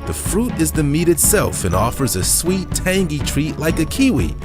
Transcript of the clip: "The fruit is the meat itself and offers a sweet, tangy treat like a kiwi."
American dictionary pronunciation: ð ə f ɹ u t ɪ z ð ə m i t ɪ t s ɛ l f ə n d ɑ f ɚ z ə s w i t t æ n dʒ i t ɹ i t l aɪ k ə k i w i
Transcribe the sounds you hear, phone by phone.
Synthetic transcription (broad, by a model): ð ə f ɹ u t ɪ z ð ə m i t ɪ t s ɛ l f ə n ɑ f ɚ z ə s w i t t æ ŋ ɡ i t ɹ i t l aɪ k ə k i w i